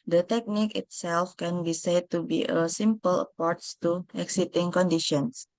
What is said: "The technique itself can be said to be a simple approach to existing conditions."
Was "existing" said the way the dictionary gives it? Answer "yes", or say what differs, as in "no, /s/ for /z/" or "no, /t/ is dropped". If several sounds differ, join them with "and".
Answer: no, /s/ is dropped